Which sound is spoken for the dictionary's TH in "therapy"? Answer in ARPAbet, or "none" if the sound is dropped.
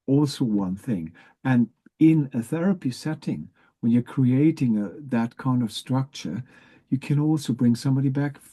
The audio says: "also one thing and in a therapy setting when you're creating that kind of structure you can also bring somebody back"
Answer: TH